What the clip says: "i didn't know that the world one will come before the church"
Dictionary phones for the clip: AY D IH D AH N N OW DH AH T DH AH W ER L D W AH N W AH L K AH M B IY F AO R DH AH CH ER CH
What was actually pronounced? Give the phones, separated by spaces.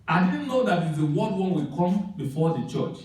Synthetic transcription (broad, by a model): AY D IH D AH N N OW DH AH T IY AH W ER D W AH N W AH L K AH M B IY F AO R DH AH CH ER CH